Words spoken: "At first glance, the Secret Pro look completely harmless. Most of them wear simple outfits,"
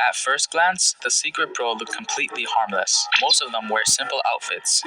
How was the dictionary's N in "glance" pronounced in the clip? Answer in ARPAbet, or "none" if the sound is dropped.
N